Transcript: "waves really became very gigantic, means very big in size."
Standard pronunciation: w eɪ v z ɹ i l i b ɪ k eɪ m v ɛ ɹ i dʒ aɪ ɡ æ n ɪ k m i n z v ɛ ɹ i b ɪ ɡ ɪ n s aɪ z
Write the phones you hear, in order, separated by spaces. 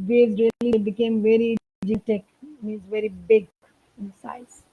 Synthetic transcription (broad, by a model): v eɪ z ɹ i l i b ɪ k eɪ m v ɛ ɹ i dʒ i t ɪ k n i z v ɛ ɹ i b ɪ ɡ ɪ n s aɪ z